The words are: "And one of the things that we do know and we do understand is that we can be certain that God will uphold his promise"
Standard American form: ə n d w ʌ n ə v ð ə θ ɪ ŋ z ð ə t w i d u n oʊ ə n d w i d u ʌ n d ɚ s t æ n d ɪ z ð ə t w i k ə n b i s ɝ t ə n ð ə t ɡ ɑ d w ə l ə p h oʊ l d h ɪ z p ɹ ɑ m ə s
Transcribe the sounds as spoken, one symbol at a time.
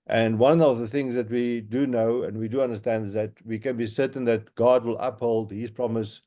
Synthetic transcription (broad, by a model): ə n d w ʌ n ə v ð ə θ ɪ ŋ z ð ə t w i d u n oʊ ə n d w i d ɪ ʌ n d ɚ s t æ n d ɪ z ð ə t w i k ə n b i s ɝ t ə n ð ə t ɡ ɑ d w ə l ə p h oʊ l d h ɪ z p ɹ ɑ m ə s